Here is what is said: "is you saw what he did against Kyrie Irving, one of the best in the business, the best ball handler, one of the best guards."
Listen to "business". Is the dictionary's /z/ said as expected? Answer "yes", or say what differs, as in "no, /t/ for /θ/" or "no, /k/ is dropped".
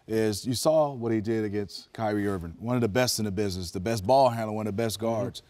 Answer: yes